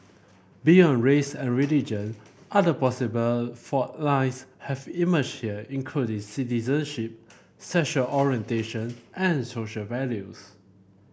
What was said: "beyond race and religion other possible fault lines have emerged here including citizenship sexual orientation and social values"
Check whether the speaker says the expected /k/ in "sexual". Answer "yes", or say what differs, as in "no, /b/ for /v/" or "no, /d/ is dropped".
no, /k/ is dropped